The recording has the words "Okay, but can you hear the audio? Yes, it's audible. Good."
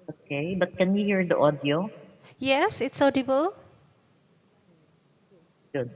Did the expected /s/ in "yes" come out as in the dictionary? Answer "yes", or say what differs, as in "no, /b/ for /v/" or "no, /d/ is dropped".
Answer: yes